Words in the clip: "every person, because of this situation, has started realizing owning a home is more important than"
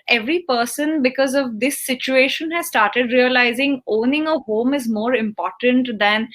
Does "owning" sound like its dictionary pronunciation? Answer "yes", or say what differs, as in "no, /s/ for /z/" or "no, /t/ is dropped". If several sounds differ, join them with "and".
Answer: yes